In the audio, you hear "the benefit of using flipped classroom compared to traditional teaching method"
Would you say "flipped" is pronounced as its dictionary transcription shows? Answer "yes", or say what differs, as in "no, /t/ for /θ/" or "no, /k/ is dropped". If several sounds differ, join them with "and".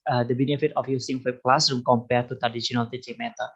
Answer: no, /l/ is dropped